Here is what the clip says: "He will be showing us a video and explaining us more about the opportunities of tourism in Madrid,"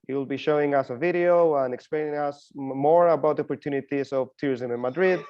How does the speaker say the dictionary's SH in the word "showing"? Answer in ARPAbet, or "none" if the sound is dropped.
SH